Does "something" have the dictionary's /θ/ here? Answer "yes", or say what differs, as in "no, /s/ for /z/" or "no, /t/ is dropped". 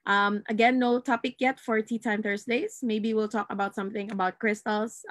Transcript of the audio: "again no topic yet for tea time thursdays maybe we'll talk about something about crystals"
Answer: yes